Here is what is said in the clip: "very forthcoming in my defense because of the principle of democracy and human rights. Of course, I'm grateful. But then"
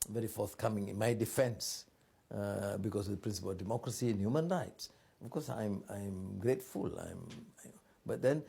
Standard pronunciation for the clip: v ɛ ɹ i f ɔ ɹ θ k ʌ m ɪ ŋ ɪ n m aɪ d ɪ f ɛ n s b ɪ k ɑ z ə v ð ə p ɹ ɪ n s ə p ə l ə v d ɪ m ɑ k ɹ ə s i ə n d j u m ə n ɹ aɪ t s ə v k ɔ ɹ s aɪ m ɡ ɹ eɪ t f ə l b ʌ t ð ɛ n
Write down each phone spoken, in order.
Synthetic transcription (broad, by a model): v ɛ ɹ i f ɔ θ k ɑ m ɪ ŋ ɪ n m aɪ d ɪ f ɛ n s b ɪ k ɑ s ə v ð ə p ɹ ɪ n s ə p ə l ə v d ɪ m ɑ k ɹ ə s i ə n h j u m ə n ɹ aɪ t s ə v k ɔ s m aɪ m ɡ ɹ eɪ t f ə l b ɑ t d ɛ n